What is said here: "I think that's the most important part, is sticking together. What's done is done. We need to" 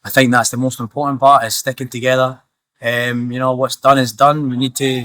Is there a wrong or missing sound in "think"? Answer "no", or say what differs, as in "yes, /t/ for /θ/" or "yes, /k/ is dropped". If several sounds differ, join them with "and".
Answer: no